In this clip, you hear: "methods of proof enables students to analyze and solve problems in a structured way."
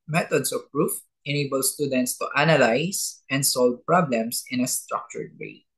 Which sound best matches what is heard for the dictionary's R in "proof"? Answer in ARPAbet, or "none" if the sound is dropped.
R